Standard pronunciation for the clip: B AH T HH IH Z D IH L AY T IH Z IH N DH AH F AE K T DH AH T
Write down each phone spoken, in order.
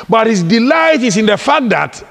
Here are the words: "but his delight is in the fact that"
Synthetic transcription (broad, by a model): B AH T HH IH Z D IH L AY T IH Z IH N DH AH F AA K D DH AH T